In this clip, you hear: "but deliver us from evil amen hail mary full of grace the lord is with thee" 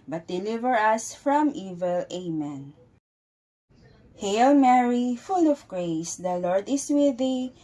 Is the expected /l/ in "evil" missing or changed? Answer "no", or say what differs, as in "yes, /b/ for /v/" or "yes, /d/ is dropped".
no